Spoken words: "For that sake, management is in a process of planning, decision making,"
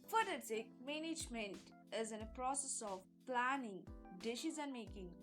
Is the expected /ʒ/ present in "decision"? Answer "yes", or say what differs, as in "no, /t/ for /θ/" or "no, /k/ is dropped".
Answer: no, /z/ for /ʒ/